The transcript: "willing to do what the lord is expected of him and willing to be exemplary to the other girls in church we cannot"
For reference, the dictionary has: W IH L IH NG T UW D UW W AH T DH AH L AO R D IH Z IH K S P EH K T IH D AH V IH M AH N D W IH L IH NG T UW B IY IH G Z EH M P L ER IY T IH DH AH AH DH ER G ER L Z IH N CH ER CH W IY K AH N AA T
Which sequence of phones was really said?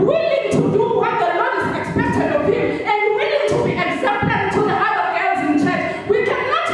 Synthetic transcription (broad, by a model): W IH L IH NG T UW D UW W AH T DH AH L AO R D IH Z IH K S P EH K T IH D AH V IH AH N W W IH L IH NG T UW B IY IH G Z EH P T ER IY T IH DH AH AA ER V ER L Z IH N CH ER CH W IY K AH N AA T